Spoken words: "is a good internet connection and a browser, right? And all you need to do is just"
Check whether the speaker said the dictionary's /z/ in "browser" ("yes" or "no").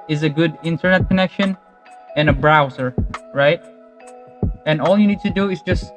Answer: yes